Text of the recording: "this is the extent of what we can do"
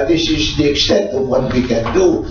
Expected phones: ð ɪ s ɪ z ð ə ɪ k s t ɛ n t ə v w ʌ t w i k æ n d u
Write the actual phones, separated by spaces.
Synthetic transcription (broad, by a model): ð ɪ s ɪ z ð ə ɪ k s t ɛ t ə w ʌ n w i k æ n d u